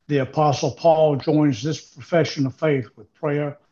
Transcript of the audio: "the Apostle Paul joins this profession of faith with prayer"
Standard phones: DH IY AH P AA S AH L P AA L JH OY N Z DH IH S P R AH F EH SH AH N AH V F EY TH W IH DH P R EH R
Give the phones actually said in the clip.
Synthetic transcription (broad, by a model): DH IY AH P AA S L P AA L JH OY N Z DH IH S P R AH F EH SH AH N AH V F EY TH W IH DH P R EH R